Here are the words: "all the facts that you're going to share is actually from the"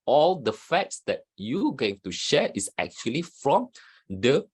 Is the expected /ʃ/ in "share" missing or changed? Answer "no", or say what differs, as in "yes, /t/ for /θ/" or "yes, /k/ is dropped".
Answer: no